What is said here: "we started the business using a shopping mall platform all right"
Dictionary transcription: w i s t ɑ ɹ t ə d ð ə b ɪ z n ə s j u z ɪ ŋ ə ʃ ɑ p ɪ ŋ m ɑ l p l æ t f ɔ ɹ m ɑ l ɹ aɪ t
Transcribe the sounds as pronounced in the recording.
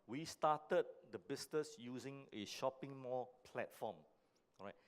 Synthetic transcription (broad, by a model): w i s t ɑ t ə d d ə b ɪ s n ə s j u z ɪ ŋ ə ʃ ɑ p ɪ ŋ m ɑ p l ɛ t f ɔ m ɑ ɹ aɪ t